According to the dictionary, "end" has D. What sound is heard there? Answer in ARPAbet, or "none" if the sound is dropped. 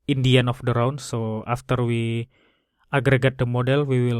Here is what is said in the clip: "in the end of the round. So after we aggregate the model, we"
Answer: none